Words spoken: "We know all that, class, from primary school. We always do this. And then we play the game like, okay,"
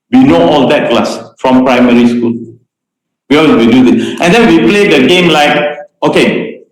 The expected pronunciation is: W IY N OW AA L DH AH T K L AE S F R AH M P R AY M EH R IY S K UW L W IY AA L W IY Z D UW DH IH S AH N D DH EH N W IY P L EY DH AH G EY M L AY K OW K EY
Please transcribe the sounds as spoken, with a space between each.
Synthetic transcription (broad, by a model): W IY N OW AA L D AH T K L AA S F R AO M P R AY M EH R IY S K UW L W IY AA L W IY D UW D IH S AH N D EH N W IY P L EY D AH G EY M L AY K OW K EY